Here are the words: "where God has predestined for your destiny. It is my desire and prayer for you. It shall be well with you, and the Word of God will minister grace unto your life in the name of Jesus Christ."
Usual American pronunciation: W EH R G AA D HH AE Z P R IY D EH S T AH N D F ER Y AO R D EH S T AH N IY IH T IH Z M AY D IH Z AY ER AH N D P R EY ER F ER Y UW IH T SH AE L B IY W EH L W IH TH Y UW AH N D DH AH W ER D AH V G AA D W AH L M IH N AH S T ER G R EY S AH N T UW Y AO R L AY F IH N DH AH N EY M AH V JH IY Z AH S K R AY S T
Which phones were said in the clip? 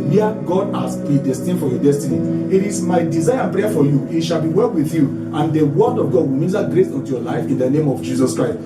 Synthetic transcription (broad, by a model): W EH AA G AA D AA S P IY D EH S T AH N F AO Y AO D EH S T AH N IY IH T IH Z M AY D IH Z AY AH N P R EY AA F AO Y UW IH T SH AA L B IY W EH L W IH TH Y UW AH N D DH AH W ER D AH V G AA D W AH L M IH L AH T G R EY S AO N T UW Y AO L AY F IH N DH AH N EY M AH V JH IY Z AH S K R AY S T